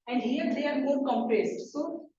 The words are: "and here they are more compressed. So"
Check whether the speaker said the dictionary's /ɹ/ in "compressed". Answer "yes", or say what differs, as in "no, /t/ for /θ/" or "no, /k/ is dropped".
yes